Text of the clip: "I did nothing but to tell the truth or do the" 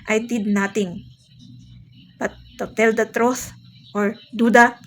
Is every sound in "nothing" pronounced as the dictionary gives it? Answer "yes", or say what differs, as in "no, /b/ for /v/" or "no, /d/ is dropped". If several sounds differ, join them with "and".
no, /t/ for /θ/